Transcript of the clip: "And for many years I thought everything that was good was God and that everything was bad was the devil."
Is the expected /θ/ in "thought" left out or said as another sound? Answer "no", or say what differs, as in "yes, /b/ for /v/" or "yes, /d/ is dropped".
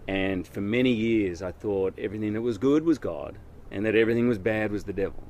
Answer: no